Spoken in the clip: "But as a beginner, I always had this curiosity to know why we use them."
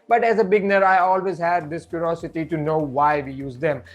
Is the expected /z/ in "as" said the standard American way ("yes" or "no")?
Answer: yes